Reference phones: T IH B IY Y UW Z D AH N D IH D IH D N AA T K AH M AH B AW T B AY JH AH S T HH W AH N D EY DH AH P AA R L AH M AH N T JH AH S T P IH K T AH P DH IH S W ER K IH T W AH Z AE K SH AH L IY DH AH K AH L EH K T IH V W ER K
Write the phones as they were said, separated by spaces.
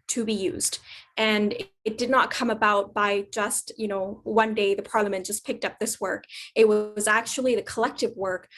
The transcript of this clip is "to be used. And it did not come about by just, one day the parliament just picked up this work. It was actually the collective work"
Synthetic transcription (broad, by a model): T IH B IY Y UW Z D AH N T D IH D N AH T K AH M AH B AW T B AY JH AH S T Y W AH N D EY DH AH P AA R L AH M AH N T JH AH S P IH K T AH P DH IH S W ER K IH T W AH Z AE K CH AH L IY DH AH K AH L EH K T IH V W ER K